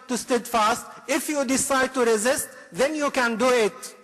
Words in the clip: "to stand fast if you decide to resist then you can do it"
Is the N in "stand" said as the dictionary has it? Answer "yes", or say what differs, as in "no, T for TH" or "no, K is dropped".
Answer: no, N is dropped